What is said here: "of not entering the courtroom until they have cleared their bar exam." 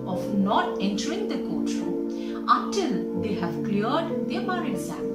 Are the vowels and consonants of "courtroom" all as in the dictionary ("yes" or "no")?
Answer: no